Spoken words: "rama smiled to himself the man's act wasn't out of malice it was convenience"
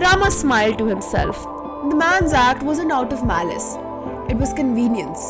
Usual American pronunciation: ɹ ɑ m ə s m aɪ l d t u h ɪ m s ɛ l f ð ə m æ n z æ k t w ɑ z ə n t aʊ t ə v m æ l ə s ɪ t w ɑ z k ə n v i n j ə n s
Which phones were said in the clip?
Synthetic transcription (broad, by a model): ɹ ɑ m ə s m aɪ l d t u h ɪ m s ɛ l f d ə m æ n z æ k t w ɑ z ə n aʊ t ə v m æ l ə s ɪ t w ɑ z k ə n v i n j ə n s